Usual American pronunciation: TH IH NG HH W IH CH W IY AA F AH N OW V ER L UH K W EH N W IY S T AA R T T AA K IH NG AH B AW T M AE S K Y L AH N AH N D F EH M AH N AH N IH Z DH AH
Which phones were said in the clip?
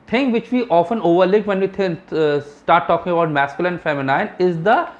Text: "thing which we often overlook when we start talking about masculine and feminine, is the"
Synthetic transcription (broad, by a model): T IH NG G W IH CH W IY AA F AH N OW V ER L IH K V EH N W IY S T AA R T T AA K IH NG AH B AW T M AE S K Y AH L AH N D F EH M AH N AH N IH Z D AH